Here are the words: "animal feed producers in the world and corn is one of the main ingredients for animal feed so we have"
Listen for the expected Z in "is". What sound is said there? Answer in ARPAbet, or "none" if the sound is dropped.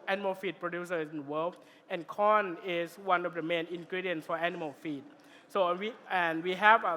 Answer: S